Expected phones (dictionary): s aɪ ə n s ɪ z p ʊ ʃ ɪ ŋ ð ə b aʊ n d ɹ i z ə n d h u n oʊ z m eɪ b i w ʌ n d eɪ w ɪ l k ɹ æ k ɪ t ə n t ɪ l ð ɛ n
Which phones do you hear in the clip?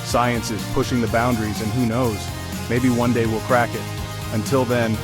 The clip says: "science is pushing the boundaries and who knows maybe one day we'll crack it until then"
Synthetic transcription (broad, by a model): s aɪ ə n s ɪ z p ʊ ʃ ɪ ŋ ð ə b aʊ n d ɹ i z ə n h u n oʊ z m eɪ b i w ʌ n d eɪ w ɪ l k ɹ æ k ɪ t ə n t ɪ l ð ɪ n